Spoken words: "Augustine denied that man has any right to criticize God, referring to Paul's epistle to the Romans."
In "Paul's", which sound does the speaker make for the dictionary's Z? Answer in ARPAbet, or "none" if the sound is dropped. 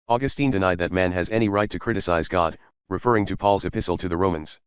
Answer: Z